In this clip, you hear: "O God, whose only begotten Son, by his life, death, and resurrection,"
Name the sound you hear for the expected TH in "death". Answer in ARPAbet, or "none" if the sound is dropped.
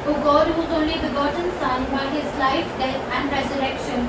T